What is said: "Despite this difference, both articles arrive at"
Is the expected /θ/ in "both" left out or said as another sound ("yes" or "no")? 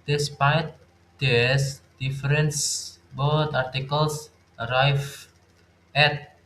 yes